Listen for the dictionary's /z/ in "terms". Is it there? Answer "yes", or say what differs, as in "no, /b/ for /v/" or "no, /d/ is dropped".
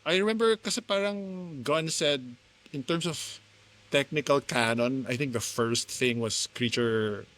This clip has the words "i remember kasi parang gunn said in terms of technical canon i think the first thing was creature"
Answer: no, /s/ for /z/